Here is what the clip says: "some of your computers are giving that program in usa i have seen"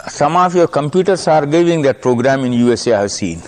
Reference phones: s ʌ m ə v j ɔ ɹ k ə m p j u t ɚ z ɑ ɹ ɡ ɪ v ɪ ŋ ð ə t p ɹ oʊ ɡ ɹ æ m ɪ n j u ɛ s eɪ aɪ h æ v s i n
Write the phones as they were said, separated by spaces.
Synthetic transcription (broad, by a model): s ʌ m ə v j ɔ ɹ k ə m p j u t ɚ s ɑ ɹ ɡ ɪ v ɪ ŋ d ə t p ɹ oʊ ɡ ɹ æ m ɪ n j u ɛ s eɪ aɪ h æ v s i n